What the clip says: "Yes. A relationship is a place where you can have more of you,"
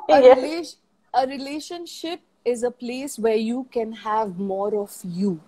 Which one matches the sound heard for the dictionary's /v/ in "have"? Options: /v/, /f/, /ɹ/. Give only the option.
/v/